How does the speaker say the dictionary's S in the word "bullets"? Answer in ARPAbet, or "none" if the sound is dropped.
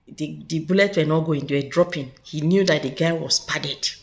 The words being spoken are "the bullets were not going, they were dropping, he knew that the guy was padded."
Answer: none